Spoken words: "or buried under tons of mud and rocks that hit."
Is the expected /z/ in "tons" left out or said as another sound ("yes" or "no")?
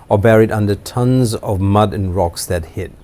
no